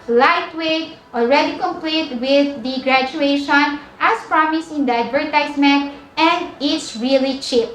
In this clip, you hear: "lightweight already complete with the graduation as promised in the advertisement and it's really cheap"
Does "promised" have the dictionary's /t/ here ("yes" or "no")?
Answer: no